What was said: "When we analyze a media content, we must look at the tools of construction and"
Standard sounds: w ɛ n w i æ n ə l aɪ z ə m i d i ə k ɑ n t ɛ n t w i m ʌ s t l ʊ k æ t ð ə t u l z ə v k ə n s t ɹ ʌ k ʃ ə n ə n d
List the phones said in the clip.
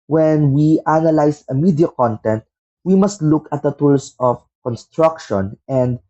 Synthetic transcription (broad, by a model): w ɛ n w i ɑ n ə l aɪ s ə m i d i ə k ɑ n t ɛ n t w i m ʌ s t l ʊ k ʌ t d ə t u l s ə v k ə n s t ɹ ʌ k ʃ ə n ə n d